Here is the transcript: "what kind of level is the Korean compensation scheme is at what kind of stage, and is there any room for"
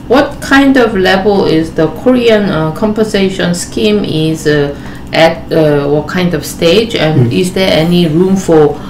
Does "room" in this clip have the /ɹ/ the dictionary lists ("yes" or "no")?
yes